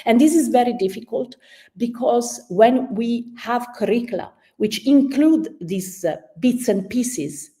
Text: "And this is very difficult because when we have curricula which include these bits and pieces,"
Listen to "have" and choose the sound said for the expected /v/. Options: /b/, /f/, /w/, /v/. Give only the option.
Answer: /v/